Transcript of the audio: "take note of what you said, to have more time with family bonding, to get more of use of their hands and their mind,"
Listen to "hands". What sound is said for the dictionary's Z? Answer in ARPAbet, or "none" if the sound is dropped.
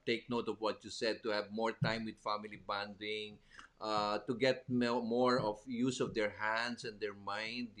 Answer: S